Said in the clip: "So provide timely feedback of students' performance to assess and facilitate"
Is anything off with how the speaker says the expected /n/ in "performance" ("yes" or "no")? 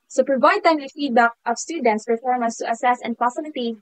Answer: yes